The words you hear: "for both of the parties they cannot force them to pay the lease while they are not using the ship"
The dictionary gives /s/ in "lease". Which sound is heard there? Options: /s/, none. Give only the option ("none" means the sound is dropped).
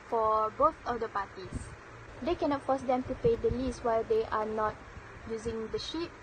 /s/